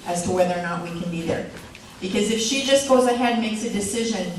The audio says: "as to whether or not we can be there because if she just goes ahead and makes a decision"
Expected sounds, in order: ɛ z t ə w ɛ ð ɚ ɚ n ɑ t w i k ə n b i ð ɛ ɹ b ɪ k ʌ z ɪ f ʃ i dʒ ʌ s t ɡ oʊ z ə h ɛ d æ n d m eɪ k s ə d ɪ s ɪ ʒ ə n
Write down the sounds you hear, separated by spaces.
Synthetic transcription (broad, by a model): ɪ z t ə w ɛ ð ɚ ɚ n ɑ t w i k ə n b i ð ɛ ɹ b ɪ k ʌ z ɪ f ʃ i dʒ ʌ s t ɡ oʊ z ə h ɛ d d m eɪ k s ə d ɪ s ɪ ʒ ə n